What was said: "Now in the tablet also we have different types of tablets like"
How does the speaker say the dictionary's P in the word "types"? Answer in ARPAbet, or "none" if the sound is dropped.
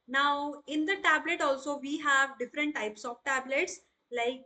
P